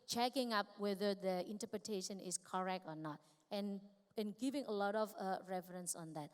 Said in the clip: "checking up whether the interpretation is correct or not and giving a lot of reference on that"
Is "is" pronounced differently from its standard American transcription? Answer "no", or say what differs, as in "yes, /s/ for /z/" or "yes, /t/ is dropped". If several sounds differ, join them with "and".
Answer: yes, /s/ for /z/